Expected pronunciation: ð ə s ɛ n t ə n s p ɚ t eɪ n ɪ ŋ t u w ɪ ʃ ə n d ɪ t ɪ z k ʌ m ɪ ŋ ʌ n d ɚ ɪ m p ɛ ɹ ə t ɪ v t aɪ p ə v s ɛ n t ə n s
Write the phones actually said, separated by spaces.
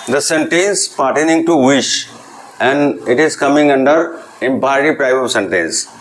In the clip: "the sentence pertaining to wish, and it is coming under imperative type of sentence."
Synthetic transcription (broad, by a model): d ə s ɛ n t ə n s p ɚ t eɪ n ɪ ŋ t u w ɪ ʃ ə n d ɪ t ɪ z k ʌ m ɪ ŋ ʌ n d ɚ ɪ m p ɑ ə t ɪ p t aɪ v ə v s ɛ n t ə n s